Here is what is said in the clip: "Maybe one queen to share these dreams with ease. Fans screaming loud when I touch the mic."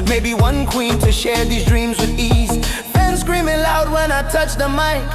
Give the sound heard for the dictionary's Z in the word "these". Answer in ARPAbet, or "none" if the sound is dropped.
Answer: Z